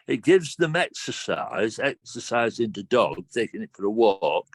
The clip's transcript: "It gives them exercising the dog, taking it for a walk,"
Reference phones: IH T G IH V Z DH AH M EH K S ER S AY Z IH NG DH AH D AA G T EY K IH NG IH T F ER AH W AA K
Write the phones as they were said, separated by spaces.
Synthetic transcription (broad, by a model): IH T G IH V Z DH AH M EH K S ER S AY Z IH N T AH D AA G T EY K IH NG IH T F ER AH W AA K